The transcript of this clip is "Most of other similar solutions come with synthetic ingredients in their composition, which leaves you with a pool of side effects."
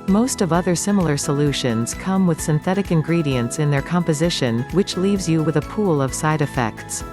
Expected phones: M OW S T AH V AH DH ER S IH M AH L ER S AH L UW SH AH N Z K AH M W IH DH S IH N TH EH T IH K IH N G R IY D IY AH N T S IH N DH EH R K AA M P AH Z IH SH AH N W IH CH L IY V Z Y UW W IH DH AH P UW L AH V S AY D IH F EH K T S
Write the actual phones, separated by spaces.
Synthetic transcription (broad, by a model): M OW S T AH V AH DH ER S IH M L ER S AH L UW SH AH N Z K AH M W IH DH S IH N TH EH T IH K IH N G R IY D IY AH N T S IH N DH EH R K AA M P AH Z IH SH AH N W IH CH L IY V Z Y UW W IH DH AH P UW L AH V S AY D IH F EH K T S